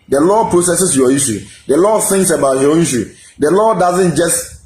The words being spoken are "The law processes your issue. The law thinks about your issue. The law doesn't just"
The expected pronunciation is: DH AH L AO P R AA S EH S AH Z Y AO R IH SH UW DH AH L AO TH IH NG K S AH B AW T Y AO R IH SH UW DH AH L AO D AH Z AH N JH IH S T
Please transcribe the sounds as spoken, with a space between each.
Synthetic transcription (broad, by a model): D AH L AO P R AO S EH S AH S Y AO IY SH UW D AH L AO TH IH NG K S AH B AW T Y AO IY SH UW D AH L AO D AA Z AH N JH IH S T